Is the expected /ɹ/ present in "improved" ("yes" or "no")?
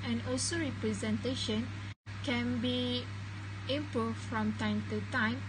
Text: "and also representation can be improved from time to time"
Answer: no